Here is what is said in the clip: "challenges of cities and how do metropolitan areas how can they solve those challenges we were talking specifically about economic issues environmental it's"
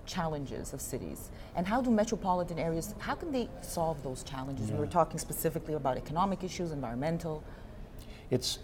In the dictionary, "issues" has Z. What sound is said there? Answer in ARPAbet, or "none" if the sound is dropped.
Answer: Z